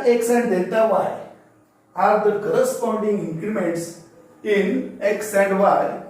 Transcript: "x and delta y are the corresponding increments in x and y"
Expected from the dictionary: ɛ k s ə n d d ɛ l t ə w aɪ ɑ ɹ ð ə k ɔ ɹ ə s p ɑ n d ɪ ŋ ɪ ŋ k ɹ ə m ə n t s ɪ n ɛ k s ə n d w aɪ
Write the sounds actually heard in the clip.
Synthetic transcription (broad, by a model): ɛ k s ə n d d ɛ n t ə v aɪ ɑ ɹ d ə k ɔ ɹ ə s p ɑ n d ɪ ŋ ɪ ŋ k ɹ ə m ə n t s ɪ n ɛ k s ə n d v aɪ